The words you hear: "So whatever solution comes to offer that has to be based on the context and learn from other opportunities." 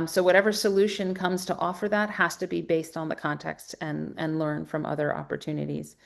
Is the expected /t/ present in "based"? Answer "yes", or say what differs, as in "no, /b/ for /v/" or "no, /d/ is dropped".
yes